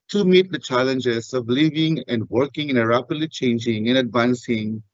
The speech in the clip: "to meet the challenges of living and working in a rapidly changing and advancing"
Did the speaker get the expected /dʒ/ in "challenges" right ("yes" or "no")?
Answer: yes